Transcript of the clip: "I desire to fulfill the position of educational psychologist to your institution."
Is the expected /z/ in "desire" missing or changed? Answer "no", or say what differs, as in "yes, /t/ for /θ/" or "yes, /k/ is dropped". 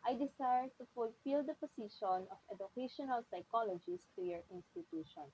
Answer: yes, /s/ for /z/